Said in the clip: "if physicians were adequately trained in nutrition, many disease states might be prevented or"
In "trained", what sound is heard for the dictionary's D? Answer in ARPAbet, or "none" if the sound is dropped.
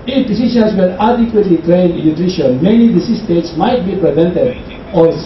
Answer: none